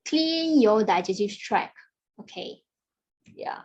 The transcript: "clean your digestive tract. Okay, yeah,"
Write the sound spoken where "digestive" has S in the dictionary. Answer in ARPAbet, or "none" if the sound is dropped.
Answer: none